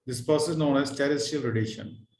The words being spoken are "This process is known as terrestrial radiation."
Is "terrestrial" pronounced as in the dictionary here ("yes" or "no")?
no